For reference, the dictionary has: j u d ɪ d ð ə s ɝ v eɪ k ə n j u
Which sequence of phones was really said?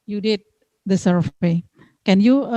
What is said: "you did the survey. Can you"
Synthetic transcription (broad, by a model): j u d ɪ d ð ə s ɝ p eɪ k ə n j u